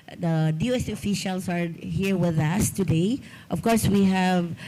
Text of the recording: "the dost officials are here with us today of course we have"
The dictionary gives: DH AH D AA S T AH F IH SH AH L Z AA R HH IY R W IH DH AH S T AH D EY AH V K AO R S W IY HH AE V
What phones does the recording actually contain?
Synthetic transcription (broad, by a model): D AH D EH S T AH F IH SH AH L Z AA R HH IY R W IH DH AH S T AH D EY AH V K AO R S W IY HH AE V